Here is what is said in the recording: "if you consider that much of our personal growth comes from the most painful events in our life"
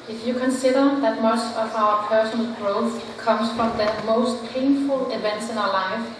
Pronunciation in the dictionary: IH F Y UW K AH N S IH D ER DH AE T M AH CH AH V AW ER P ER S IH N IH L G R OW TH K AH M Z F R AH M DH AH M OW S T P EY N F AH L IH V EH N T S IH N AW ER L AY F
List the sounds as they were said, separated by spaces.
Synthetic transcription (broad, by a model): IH F Y UW K AH N S IH D ER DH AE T M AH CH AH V AW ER P ER S IH N IH L G R OW TH K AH M S F R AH M DH AH M OW S T P EY N F AH L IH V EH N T S IH N AW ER L AY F